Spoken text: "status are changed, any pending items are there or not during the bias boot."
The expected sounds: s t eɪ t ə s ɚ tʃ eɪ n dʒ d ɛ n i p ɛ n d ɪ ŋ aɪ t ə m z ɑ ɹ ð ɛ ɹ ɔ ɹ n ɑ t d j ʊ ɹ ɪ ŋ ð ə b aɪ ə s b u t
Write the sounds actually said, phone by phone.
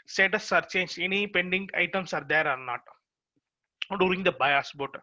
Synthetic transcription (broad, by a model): s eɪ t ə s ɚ tʃ eɪ n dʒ ɛ n i p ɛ n d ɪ ŋ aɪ t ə m s ɑ ɹ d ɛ ɹ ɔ ɹ n ɑ t d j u ɹ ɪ ŋ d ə b aɪ ə s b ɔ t